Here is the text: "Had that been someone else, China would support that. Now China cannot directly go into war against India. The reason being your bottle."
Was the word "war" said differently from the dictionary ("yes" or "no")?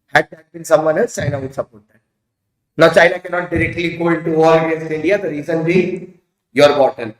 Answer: yes